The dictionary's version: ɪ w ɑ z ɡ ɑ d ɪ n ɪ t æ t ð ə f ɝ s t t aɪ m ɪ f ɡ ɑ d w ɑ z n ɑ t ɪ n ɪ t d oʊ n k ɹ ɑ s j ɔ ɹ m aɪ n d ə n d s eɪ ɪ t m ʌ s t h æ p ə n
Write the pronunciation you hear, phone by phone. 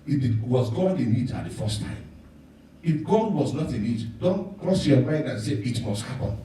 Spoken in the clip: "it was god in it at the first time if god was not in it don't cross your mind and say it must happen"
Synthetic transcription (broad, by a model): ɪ w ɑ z ɡ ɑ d ɪ n ɪ t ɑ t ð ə f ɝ s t t aɪ m ɪ f ɡ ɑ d w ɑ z n ɑ t ɪ n ɪ t d oʊ n k ɹ ɑ s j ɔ m aɪ n d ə n s eɪ ɪ t m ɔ s t h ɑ p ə n